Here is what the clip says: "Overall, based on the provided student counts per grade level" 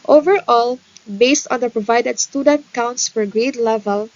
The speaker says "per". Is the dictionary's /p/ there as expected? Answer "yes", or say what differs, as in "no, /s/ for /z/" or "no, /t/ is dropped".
no, /f/ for /p/